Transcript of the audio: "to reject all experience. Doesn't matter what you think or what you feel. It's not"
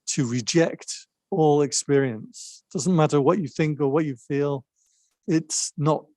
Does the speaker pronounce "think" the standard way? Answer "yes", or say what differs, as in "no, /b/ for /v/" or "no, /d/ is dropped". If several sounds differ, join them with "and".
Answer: yes